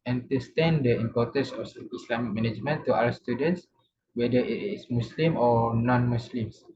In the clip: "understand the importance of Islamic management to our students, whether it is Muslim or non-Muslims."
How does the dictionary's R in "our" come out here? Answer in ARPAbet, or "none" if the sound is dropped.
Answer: L